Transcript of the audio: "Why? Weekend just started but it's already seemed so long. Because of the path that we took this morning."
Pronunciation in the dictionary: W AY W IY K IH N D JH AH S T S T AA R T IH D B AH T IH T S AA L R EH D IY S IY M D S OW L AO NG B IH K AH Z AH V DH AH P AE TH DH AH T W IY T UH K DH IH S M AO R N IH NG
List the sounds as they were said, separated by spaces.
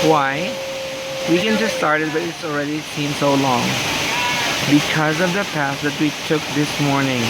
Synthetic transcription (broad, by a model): W AY W IY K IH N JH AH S S T AA R T IH D B AH T IH T S AA L R EH D IY S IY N S OW L AO NG B IH K AH Z AH V DH AH P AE S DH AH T W IY T UH K DH IH S M AO R N IH NG